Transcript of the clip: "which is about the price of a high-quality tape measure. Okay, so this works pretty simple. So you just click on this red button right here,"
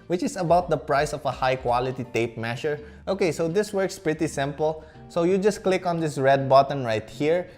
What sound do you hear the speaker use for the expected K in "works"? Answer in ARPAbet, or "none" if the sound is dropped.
K